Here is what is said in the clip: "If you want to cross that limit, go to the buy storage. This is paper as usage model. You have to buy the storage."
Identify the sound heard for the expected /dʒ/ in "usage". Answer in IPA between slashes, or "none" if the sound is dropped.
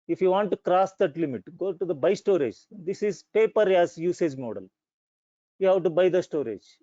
/dʒ/